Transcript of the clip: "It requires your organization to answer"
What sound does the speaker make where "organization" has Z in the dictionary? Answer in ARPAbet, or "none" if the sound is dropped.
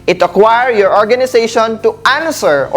S